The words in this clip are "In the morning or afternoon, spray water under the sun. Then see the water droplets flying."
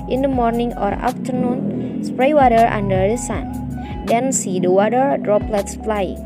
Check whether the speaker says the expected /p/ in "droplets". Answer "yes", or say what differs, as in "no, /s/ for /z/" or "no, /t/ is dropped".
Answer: yes